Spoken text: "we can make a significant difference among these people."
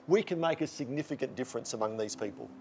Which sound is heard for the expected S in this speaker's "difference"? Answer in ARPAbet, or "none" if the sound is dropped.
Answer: S